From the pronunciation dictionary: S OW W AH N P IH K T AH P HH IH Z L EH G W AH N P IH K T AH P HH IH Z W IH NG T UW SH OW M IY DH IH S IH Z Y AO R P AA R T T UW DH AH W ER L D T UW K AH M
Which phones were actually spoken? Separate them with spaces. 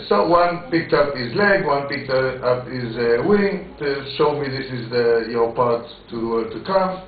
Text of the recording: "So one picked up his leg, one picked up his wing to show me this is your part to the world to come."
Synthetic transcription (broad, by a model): S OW W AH N P IH K T AH P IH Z L EH G W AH N P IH K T AH P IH Z W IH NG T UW SH OW M IY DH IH S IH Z Y AO R P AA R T T UW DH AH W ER D T UW K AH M